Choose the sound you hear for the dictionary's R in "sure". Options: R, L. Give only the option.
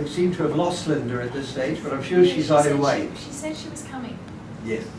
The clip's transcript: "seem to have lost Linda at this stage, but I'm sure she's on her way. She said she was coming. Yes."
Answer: R